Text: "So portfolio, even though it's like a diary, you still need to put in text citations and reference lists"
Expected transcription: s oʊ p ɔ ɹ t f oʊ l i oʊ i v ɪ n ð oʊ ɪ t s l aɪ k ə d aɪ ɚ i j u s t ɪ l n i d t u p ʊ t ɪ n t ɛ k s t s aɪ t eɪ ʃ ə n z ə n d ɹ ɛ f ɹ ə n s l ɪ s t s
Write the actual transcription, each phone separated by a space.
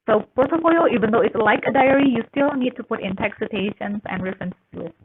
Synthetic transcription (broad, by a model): s oʊ p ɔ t oʊ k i oʊ i v ɪ n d oʊ ɪ t s l aɪ k ə d aɪ ɚ i j u s t ɪ l n i d t u p ʊ t ɪ n t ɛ k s s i t eɪ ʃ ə n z ə n d ɹ ɛ f ɹ ə n s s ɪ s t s